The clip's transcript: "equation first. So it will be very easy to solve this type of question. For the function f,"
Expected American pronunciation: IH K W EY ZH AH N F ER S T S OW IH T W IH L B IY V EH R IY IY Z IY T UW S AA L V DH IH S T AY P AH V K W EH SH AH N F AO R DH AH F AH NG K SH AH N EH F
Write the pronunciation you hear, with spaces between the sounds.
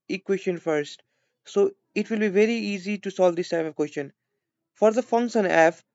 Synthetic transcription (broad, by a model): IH K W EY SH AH N F ER S T S OW IH T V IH L B IY V EH R IY IY Z IY T UW S AA L V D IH S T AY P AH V K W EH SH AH N F AO R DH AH F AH NG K S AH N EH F